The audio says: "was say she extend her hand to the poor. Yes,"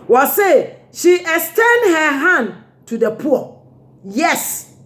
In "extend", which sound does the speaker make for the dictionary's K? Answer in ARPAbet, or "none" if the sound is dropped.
none